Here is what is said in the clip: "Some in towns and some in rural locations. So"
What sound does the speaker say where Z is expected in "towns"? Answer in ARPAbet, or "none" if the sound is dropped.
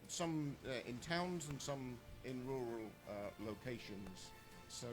Z